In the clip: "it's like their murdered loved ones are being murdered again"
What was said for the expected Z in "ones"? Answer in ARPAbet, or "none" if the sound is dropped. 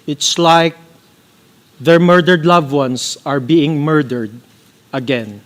S